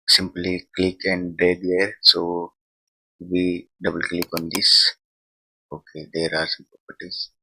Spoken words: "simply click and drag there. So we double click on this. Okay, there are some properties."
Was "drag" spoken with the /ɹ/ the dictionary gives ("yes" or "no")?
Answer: no